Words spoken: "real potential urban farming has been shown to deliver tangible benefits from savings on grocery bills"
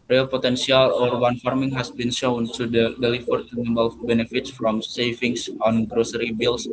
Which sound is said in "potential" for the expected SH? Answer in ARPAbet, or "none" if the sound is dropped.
S